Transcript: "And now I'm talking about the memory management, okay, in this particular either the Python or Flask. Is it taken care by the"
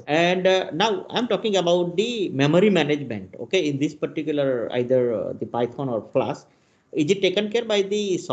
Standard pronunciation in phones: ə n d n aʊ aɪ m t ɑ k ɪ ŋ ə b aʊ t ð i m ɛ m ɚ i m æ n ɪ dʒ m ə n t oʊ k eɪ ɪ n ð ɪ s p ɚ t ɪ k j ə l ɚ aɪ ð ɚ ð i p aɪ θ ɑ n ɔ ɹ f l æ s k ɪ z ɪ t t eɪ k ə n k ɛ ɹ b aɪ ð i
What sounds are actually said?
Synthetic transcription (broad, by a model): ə n d n aʊ aɪ m t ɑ k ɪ ŋ ə b aʊ t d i m ɛ m ɚ i m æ n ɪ dʒ m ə n t oʊ k eɪ ɪ n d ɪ s p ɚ t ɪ k j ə l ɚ aɪ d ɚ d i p aɪ f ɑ n ɔ ɹ p l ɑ s ɪ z ɪ t t eɪ k ə n k ɛ ɹ b aɪ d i